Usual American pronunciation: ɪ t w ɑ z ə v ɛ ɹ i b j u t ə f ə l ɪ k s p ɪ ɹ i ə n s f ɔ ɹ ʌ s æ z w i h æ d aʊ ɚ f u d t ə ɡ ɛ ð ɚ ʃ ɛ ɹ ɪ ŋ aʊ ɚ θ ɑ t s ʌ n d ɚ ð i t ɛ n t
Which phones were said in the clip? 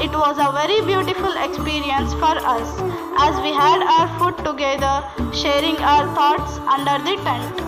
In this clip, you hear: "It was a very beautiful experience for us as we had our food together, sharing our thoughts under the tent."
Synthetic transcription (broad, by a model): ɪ t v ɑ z ə v ɛ ɹ i b j u t ə f ə l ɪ k s p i ɹ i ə n s f ɔ ɹ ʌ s æ z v i h æ d aʊ ɚ f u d t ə ɡ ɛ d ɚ ʃ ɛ ɹ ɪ ŋ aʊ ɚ t ɑ t s ʌ n d ɚ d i t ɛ n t